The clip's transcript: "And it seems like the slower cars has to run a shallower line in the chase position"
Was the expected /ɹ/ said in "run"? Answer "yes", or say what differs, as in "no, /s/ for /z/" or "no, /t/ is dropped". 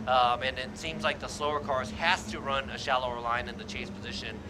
yes